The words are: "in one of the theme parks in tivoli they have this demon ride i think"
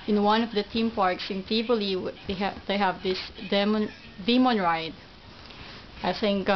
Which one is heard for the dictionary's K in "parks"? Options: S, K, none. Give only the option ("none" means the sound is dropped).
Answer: K